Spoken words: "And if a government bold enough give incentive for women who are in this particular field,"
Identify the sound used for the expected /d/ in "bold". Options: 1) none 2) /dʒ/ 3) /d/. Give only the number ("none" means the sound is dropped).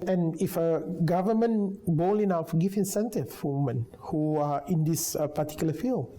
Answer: 1